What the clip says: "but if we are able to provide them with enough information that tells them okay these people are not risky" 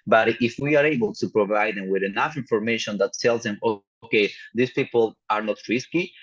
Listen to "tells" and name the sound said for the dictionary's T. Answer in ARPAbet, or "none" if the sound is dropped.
S